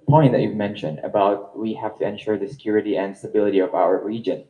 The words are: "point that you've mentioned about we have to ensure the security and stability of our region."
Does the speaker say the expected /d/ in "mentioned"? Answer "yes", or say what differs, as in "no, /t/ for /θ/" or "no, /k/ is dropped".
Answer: yes